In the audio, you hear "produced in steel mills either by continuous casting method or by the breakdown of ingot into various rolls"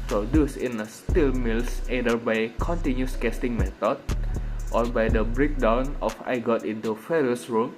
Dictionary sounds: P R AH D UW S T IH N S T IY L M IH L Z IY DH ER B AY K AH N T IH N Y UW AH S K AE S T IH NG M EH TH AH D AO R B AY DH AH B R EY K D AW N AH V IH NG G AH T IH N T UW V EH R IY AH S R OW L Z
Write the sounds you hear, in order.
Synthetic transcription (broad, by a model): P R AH D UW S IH N S T IY L M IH L S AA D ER B AY K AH N T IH N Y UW S K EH S T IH NG M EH T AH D AO R B AY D AH B R EY K D AW N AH F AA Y G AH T IH N T UW F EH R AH S R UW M